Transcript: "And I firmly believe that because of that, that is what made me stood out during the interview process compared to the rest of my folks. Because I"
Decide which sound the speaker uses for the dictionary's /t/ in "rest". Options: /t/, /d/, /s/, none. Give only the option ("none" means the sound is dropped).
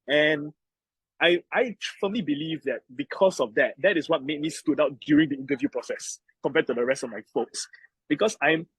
/t/